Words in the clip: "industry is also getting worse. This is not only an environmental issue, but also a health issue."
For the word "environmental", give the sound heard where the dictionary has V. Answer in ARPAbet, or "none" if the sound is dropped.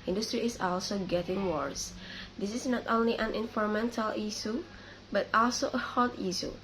F